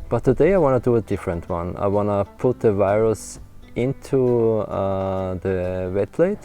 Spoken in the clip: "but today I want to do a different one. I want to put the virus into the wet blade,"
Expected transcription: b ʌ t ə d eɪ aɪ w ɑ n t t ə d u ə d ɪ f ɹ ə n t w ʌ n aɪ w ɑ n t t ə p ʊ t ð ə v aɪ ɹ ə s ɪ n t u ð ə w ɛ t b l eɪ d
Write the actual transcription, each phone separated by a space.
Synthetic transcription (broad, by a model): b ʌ t ə d eɪ aɪ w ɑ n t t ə d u ə d ɪ f ɹ ə n t w ʌ n aɪ w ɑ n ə p ʊ t ð ə v aɪ ɹ ə s ɪ n t u ð ə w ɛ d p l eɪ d